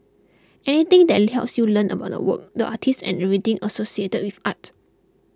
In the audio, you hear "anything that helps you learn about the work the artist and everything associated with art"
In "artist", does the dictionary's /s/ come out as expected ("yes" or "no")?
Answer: no